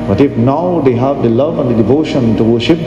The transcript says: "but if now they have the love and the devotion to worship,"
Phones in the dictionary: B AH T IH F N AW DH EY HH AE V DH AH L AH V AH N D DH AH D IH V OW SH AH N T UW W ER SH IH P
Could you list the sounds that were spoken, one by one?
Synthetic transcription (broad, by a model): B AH T IH F N AW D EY HH AE V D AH L AH V AH N D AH D IH V OW SH AH N T UW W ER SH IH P